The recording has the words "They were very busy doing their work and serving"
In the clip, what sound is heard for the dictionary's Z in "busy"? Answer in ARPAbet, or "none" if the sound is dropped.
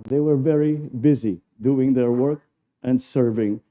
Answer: Z